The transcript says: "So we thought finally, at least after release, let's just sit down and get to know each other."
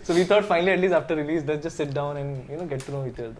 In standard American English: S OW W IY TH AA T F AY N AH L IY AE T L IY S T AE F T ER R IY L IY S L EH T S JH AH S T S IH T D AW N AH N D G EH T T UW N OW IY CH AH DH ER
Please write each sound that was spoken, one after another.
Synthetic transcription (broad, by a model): S OW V IY T AA T F AY N AH L IY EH T L IY S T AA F T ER R IY L IY S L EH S JH AH S T S IH T D AW N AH N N G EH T T UW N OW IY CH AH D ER